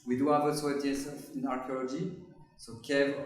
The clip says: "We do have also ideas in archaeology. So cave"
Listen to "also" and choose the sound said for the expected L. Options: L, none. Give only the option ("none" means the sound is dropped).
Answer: none